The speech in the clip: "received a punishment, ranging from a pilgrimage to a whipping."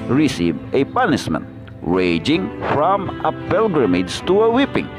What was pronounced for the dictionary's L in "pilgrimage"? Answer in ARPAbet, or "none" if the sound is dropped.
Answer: L